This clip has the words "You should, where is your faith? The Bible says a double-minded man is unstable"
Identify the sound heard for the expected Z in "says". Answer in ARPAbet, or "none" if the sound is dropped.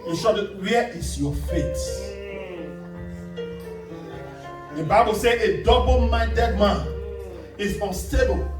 none